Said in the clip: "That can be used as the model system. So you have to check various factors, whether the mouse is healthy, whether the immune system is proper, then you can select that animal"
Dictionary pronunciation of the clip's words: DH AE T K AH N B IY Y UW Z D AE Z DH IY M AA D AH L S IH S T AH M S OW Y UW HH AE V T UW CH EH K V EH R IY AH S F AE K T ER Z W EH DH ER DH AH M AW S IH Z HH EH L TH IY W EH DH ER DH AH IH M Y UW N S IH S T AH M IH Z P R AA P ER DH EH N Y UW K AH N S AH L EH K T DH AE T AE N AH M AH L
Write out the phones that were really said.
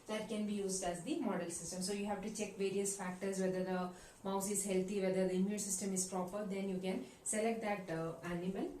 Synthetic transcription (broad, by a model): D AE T K AH N B IY Y UW Z D AE Z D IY M AA D AH L S IH S T AH M S OW Y UW HH AE V T UW CH EH K V EH R IY AH S F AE K T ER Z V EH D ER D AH M AW S IH Z HH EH L T IY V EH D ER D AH IH M Y UW N S IH S T AH M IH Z P R AA P ER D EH N Y UW K AH N S AH L EH K T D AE T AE N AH M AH L